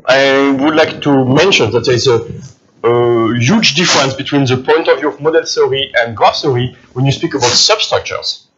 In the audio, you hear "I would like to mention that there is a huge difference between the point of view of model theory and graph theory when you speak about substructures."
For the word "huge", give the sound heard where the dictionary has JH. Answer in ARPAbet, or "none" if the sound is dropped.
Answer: JH